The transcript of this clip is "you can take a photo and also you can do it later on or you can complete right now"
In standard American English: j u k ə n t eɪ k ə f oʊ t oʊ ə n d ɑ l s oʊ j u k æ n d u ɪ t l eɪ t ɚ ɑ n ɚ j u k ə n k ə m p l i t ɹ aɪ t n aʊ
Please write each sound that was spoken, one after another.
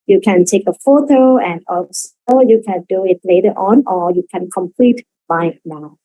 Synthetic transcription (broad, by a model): j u k ə n t eɪ k ə f oʊ t oʊ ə n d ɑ s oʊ j u k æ n d u ɪ t l eɪ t ɚ ɑ n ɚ j u k ə n k ə m p l i t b aɪ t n aʊ